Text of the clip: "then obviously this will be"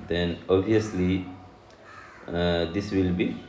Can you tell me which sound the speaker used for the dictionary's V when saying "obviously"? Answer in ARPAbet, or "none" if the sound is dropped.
none